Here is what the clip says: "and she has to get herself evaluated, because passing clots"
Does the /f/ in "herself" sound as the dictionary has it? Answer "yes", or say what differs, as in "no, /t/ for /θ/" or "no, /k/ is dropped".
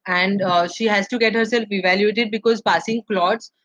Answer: yes